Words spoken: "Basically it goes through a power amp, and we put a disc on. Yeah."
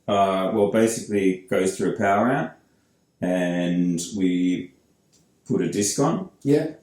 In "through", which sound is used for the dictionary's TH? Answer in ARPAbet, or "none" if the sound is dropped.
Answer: TH